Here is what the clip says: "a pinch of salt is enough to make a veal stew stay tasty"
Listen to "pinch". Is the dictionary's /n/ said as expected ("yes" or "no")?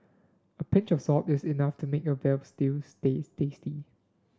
yes